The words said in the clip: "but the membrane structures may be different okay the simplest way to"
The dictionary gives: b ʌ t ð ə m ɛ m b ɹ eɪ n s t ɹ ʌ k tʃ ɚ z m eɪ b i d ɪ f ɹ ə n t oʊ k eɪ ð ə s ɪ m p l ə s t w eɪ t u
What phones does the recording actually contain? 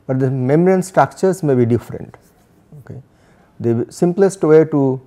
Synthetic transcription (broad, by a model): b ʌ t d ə m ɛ m ɹ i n s t ɹ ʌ k tʃ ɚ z m eɪ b i d ɪ f ɹ ə n t oʊ k eɪ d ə s ɪ m p l ə s t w eɪ t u